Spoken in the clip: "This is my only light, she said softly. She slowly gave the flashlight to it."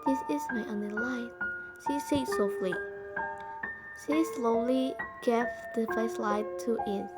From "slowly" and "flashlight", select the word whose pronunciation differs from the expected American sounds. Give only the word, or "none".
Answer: flashlight